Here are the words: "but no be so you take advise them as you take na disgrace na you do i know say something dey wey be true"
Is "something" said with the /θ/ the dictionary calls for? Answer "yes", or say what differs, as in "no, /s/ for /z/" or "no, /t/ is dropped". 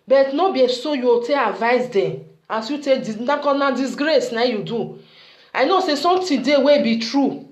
no, /t/ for /θ/